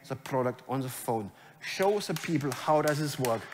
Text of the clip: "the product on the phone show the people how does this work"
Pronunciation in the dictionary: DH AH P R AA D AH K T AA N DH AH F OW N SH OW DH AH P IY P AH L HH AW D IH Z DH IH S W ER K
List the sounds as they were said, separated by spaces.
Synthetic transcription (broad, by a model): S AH P R AA D AH K T AA N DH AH F OW N SH OW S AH P IY P AH L HH AW D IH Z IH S W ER K